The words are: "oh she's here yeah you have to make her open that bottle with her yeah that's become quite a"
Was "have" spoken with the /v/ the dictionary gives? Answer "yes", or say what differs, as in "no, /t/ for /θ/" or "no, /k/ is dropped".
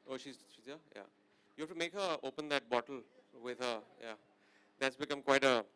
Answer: no, /f/ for /v/